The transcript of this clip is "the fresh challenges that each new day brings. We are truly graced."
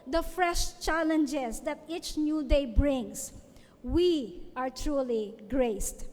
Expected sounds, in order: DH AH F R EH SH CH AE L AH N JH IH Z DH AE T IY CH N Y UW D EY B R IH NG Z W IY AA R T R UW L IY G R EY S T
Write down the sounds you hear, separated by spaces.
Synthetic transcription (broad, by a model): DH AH F R EH SH CH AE L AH N JH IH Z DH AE T IY CH N Y UW D EY B R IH NG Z W IY AA R T R UW L IY G R EY S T